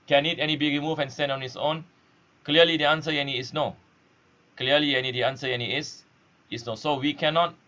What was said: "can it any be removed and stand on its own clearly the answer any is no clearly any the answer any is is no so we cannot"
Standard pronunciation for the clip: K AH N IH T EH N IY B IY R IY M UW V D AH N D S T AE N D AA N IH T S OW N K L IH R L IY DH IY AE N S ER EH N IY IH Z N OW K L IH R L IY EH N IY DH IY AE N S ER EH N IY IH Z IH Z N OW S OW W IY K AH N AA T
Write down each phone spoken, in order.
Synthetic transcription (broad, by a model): K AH N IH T EH N IY B IY R IY M UW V AH N S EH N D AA N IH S OW N K L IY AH L IY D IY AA N S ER EH N IY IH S N OW K L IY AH L IY EH N IY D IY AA N S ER EH N IY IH S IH S N OW S OW W IY K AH N AA T